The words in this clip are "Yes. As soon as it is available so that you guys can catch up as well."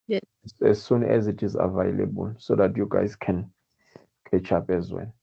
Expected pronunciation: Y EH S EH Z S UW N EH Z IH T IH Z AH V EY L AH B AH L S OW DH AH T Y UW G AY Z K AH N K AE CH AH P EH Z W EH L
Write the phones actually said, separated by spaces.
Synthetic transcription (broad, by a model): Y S EH Z S UW N EH Z IH T IH Z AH V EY L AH B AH L S OW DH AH T Y UW G AY Z K AH N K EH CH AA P EH Z W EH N